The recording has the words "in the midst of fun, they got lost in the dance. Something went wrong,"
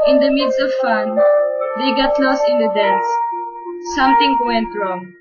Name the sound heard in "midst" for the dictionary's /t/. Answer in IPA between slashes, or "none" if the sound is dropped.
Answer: none